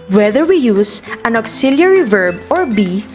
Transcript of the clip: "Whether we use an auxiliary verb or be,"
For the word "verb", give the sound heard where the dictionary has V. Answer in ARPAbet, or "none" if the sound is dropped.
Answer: V